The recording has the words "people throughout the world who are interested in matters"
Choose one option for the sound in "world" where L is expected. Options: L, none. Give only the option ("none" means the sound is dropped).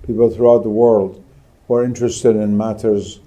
L